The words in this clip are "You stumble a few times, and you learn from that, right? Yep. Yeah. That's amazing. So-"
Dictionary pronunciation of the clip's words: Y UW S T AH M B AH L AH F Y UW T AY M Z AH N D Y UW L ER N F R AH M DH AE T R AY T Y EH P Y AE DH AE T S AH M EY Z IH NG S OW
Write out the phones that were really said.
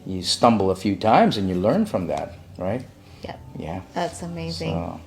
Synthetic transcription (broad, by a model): Y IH S T AH M B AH L AH F Y UW T AY M Z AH N Y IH L ER N F R AH M DH AE T R AY T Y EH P Y AE DH AE T S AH M EY Z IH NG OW